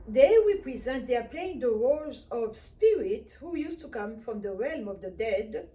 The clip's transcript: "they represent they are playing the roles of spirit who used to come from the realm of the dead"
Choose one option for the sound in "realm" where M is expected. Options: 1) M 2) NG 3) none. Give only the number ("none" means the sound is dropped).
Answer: 1